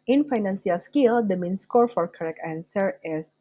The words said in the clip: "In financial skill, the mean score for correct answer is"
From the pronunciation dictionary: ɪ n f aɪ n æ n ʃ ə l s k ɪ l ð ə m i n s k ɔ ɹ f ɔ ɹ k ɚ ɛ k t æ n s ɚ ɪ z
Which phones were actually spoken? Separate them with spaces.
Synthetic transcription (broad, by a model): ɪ n f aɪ n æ n s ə l s k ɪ l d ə m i n s k ɔ ɹ f ɔ ɹ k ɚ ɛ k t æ n s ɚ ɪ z